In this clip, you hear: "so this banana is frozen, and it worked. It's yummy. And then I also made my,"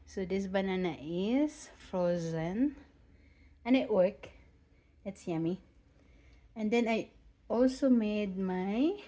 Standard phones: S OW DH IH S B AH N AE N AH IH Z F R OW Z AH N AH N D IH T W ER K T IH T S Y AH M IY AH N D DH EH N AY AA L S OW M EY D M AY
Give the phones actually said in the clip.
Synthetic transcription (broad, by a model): S OW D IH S B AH N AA N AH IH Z F R OW Z AH N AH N IH T W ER K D IH T S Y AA M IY AH N D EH N AY AA L S OW M EY D M AY